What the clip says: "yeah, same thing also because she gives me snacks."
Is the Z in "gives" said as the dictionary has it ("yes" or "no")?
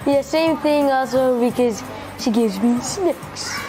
yes